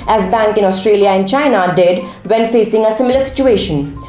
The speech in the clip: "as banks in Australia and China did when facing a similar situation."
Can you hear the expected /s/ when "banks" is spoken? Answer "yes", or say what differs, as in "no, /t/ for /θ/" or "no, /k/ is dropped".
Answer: no, /s/ is dropped